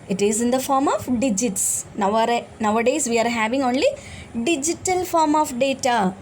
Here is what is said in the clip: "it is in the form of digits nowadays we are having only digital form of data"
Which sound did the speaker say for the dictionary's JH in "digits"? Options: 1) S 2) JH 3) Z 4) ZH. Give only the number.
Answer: 2